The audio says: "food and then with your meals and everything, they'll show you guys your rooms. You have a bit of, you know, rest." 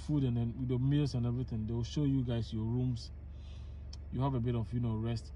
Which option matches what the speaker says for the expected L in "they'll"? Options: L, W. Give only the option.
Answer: W